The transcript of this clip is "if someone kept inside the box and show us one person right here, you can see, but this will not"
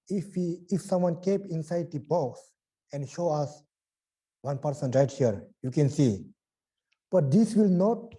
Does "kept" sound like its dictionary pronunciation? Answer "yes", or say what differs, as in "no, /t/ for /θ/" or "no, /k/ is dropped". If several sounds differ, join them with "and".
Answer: no, /t/ is dropped